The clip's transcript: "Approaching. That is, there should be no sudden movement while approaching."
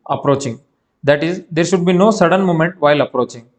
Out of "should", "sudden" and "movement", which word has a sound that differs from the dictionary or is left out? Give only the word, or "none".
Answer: movement